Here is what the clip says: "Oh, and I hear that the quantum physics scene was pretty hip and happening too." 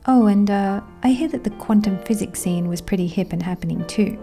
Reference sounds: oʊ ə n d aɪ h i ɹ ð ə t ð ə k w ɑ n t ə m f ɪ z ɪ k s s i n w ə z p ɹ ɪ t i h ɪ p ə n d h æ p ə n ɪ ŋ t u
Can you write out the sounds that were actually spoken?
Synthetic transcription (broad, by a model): oʊ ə n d aɪ h i ɹ ð ə t ð ə k w ɑ n t ə m f ɪ z ɪ k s s i n w ə z p ɹ ɪ t i h ɪ p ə n h æ p ə n ɪ ŋ t u